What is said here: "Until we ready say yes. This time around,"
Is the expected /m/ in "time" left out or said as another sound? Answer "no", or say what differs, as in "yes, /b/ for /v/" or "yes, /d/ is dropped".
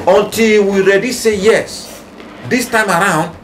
no